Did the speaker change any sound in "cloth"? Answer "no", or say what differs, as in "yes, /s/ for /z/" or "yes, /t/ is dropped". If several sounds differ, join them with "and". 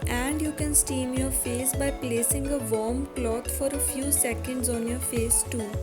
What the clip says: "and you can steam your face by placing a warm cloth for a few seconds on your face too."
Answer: yes, /t/ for /θ/